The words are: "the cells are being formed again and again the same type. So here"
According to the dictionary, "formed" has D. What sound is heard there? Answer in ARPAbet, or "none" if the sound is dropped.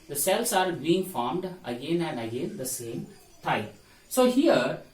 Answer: D